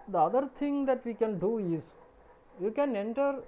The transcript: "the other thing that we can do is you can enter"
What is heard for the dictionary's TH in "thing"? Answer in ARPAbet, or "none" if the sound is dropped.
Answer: T